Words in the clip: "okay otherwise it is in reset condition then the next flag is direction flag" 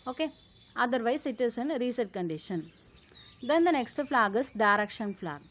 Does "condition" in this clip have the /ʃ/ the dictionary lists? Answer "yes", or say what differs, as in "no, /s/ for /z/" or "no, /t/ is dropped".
yes